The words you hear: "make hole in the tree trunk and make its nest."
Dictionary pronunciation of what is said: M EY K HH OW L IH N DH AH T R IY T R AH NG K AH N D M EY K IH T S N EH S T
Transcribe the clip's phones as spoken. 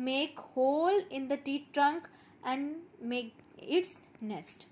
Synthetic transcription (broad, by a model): M EY K HH OW L IH N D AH T IY T R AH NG K AH N D M EY K IH T S N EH S T